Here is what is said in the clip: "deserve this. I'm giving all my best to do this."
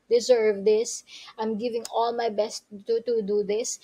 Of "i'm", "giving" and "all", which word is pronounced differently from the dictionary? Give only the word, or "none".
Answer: none